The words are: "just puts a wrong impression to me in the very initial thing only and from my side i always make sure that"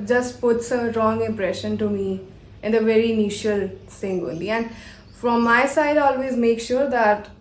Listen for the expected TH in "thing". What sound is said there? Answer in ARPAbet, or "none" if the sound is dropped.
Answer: S